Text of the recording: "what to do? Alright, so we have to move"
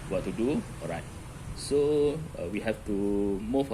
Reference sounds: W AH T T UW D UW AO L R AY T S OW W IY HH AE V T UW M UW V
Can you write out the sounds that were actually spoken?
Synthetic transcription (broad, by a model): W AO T T UW D UW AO R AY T S OW W IY HH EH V T UW M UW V